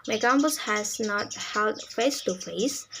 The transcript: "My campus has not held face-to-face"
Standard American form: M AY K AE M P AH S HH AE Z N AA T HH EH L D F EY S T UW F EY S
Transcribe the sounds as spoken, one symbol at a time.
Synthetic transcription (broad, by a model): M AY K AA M B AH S HH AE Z N AA T HH EH L D F EY S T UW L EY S